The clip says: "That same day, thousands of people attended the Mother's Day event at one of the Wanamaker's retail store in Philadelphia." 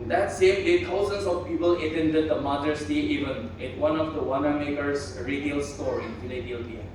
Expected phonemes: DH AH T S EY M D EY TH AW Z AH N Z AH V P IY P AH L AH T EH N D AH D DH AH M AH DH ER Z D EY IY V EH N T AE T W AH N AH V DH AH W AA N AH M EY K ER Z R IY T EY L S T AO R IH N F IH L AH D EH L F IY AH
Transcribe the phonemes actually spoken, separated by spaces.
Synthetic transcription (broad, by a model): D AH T S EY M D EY T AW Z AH N S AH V P IY P AH L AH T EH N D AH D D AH M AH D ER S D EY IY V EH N IH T W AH N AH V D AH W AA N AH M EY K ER S R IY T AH L S T AO R IH N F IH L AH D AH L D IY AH